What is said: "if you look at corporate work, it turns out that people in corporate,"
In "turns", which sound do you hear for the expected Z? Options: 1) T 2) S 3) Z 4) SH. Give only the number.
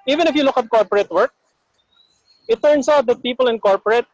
2